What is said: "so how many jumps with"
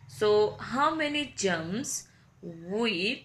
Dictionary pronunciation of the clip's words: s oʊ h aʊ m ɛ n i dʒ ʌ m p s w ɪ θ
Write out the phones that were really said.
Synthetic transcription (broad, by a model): s oʊ h aʊ m ɛ n i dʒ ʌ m s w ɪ